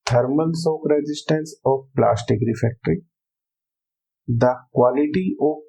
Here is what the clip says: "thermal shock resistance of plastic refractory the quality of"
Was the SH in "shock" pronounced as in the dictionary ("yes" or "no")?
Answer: no